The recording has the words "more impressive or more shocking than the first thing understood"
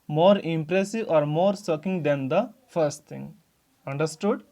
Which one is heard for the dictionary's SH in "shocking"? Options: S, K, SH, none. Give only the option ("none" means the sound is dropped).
S